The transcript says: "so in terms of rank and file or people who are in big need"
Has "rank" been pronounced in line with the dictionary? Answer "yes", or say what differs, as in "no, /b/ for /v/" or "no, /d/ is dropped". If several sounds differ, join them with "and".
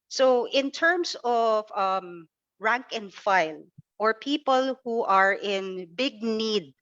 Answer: yes